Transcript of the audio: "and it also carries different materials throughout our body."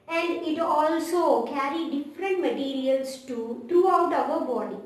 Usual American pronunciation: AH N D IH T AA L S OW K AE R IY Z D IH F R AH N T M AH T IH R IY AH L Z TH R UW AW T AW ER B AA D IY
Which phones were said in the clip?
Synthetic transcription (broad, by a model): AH N D IH T AA L S OW K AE R IY D IH F R AH N T M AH T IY R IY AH L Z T R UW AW T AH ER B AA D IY